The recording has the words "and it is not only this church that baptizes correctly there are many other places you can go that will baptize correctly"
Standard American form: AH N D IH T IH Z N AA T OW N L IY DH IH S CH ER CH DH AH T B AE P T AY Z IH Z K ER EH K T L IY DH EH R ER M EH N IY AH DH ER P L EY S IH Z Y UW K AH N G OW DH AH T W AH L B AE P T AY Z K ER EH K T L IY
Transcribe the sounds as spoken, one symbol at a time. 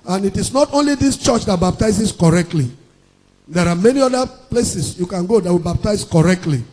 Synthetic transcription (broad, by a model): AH N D IH T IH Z N AA T OW N L IY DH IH S CH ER CH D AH T B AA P T AY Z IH S K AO EH K T L IY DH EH R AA M EH N IY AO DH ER P L EY S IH S Y UW K AH N G OW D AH T W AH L B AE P T AY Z K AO EH K T L IY